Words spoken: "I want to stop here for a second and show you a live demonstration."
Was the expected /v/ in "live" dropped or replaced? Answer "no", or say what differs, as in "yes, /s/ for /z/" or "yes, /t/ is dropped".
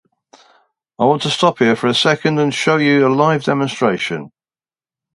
no